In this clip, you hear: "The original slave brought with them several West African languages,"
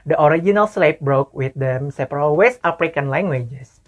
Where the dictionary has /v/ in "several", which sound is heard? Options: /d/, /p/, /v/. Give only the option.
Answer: /p/